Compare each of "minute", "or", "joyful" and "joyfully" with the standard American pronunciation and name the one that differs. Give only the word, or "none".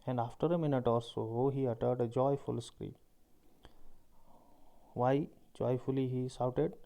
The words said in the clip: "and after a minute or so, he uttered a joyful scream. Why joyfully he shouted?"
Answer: or